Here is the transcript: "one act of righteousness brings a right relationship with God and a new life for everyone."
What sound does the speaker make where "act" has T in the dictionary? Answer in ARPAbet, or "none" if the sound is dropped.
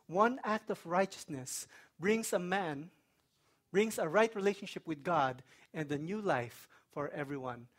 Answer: T